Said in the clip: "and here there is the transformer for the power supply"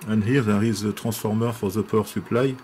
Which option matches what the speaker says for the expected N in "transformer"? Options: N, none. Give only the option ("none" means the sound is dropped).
none